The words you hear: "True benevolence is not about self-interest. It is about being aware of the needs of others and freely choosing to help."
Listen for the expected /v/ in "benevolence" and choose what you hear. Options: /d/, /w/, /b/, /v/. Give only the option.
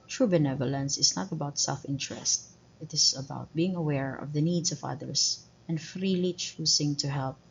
/v/